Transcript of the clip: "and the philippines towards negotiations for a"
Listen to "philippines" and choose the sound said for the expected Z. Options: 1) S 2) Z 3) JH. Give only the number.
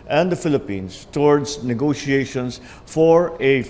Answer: 1